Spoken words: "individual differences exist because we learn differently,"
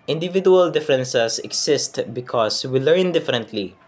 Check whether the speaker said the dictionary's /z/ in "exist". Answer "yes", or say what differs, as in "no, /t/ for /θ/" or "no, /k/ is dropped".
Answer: no, /s/ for /z/